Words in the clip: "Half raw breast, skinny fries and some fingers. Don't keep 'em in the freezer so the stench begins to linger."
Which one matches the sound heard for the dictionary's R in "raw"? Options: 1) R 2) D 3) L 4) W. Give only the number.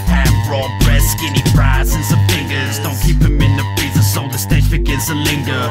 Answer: 1